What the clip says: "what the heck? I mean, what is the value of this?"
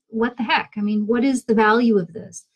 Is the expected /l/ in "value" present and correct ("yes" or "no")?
yes